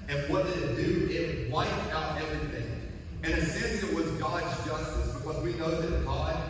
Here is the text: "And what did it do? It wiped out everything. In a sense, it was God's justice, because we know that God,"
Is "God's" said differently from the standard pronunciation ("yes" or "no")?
no